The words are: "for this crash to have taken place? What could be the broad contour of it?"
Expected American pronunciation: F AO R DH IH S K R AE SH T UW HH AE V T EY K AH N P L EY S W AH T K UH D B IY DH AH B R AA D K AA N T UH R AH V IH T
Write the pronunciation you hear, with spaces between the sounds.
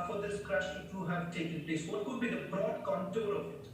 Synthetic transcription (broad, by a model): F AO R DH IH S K R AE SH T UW HH AE V T EY K AH N P L EY S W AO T K UH D B IY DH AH B R AA D K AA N T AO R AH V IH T